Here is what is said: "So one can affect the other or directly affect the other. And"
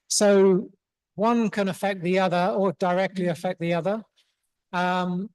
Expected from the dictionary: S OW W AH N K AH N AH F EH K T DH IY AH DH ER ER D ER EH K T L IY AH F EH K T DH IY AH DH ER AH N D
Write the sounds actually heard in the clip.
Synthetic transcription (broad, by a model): S OW W AH N K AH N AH F EH K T DH IY AH DH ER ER D ER EH K T L IY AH F EH K DH IY AH DH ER AH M